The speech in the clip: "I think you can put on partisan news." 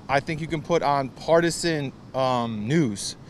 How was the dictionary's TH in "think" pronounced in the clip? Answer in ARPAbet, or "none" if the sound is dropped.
TH